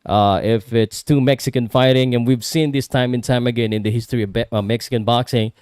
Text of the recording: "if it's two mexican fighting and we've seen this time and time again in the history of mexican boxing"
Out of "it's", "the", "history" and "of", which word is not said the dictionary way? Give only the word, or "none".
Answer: of